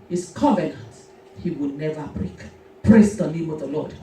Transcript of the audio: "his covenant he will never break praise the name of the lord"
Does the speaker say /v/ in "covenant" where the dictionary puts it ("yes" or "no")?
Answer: yes